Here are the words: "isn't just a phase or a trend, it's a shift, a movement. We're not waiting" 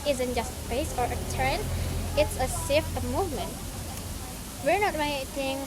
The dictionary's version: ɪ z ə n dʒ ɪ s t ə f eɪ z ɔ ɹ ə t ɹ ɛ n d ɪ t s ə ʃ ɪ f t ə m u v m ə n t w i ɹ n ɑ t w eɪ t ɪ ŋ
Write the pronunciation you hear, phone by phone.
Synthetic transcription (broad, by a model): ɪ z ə n dʒ ɪ s t ə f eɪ s ɔ ɹ ə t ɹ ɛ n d ɪ t s ə s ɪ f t ə m u v m ə n t w i ɹ n ɑ t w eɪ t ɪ ŋ